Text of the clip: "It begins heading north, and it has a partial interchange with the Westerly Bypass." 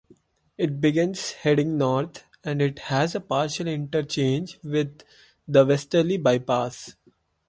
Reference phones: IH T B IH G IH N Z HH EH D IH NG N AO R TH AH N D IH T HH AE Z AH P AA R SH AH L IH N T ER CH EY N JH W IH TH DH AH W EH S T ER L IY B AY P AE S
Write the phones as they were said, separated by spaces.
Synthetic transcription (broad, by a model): IH T B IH G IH N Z HH EH D IH NG N AO R T AH N D IH T HH AE Z AH P AA R SH AH L IH N T ER CH EY N JH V IH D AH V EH S T ER L IY B AY P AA S